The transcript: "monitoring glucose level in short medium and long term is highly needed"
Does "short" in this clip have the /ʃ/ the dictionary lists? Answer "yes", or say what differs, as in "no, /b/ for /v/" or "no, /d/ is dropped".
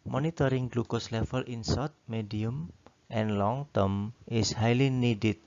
no, /s/ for /ʃ/